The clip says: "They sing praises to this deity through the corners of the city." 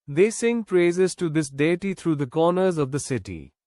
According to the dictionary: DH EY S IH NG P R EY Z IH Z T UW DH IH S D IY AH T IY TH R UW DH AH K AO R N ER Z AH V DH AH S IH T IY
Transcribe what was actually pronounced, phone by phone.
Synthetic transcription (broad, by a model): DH EY S IH NG P R EY Z IH Z T UW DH IH S D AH T IY T R UW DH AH K AO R N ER Z AH V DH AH S IH T IY